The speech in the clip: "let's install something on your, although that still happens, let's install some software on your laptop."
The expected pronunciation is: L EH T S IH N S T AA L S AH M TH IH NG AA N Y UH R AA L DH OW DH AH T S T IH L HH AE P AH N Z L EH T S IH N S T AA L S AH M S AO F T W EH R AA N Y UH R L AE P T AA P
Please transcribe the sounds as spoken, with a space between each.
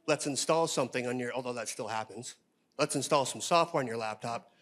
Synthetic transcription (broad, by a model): L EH T S IH N S T AA L S AH M TH IH NG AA N Y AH R AA L DH OW DH AH T S T IH L HH AE P AH N Z L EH T S IH N S T AA L S AH M S AO F T W EH R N Y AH R L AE P T AA P